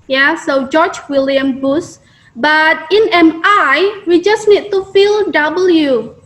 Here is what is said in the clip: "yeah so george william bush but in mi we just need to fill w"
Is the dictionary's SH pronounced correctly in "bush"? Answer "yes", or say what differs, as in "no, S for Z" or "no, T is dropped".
no, S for SH